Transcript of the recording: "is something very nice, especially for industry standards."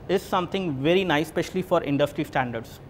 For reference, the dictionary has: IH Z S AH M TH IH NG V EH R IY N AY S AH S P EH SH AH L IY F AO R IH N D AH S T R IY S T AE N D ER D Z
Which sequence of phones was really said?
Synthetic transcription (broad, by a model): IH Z S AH M T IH NG V EH R IY N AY AH S P EH SH AH L IY F AO R IH N D AH S T R IY S T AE N D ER D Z